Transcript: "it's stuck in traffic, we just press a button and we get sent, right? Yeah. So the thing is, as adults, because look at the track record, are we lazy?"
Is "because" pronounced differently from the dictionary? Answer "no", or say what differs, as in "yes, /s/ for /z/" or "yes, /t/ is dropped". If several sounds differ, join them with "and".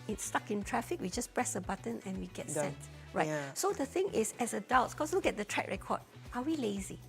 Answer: yes, /s/ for /z/